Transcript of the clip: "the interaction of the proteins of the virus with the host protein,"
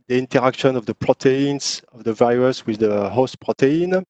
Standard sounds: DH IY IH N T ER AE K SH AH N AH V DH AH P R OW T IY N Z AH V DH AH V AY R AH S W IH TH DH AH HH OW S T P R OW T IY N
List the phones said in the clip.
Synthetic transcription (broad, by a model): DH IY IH N T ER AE K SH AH N AH V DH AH P R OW T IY N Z AH V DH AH V AY R AH S W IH DH AH HH OW S T P R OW T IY N